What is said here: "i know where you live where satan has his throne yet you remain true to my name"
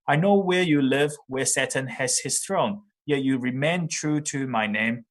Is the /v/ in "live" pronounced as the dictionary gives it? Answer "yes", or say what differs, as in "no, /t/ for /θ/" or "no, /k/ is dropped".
yes